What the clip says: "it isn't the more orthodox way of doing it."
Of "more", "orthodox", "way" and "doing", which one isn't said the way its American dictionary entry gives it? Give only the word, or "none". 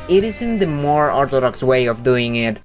orthodox